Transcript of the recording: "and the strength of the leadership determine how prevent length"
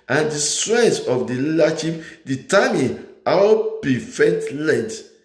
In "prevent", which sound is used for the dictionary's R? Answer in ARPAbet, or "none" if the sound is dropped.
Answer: none